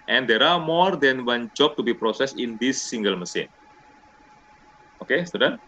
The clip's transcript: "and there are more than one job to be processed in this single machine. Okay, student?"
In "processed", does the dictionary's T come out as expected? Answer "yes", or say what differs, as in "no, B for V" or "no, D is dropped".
no, T is dropped